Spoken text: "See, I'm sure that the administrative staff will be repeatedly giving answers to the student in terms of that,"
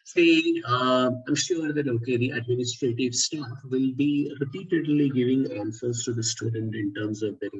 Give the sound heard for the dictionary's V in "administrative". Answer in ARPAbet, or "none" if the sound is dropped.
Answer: V